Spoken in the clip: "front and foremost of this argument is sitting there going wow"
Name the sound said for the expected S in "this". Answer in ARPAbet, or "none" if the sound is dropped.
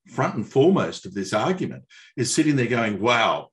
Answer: S